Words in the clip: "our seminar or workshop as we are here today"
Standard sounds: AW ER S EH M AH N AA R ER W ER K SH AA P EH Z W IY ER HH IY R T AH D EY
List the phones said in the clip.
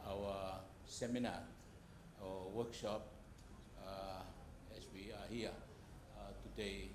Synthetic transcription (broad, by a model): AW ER S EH M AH N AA W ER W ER K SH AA P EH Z W IY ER HH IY T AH D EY